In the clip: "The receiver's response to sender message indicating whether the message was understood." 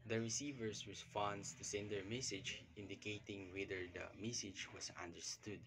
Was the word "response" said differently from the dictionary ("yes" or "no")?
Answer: yes